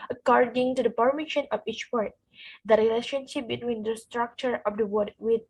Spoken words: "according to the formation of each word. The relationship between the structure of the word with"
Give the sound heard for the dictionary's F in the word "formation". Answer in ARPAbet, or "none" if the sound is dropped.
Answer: P